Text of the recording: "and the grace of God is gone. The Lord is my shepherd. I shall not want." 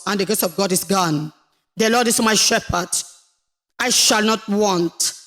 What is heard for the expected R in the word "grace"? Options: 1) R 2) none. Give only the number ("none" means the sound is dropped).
2